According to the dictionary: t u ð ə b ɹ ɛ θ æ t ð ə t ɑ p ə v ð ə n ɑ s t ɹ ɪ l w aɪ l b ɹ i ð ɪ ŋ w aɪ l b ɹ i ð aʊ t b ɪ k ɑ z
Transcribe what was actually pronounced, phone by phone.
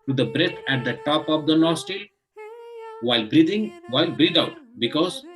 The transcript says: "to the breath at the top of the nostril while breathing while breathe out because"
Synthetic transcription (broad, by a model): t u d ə b ɹ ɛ t æ t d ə t ɑ p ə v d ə n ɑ s t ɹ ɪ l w aɪ l b ɹ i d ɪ ŋ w aɪ l b ɹ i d aʊ t b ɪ k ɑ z